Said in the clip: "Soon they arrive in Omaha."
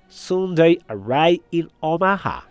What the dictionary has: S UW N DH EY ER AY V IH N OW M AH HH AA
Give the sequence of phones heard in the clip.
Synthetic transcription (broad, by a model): S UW N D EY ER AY IH N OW M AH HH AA